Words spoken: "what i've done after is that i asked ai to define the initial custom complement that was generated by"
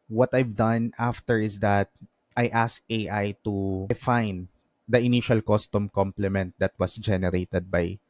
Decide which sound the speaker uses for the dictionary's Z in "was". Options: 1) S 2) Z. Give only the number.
1